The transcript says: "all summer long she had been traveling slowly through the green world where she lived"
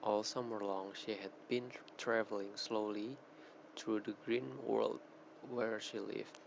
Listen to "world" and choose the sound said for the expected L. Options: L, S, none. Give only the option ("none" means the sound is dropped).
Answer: L